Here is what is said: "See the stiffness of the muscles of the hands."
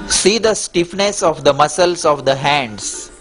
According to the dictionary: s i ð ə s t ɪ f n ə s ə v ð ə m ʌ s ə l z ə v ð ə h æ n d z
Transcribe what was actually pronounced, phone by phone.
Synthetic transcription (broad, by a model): s i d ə s t ɪ f n ə s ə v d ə m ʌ s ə l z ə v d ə h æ n d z